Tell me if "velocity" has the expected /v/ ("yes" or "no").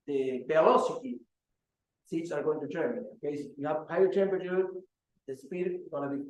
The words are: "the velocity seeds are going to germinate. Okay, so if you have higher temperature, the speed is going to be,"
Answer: no